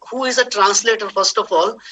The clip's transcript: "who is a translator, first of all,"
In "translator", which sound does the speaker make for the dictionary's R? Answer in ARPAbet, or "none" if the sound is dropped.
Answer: R